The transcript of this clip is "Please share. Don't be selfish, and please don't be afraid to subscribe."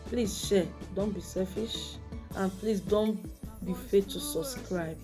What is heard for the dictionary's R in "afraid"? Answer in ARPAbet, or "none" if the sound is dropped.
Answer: none